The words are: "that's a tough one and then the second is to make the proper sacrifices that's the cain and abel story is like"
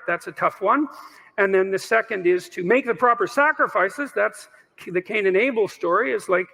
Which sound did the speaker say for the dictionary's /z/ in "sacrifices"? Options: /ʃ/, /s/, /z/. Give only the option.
/z/